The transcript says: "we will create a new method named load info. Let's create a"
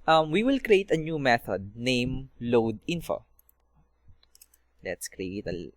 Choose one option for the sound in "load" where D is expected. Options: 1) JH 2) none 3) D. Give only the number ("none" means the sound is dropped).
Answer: 3